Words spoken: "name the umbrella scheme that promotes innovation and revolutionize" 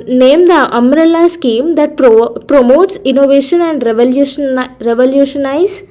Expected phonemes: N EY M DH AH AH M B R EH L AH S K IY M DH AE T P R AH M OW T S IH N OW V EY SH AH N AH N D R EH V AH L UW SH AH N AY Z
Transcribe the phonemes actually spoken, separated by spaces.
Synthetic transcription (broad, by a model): N EY M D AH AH M R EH L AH S K IY M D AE T P R AH M OW T S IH N OW V EY SH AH N AH N D R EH V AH L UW SH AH N AY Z